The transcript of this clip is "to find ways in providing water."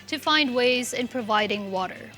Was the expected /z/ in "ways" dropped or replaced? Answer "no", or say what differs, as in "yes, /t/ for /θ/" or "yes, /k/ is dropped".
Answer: no